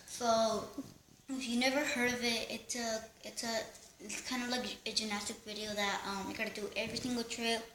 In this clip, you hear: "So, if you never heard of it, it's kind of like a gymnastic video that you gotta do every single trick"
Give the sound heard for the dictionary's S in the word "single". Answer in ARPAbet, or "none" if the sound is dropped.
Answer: TH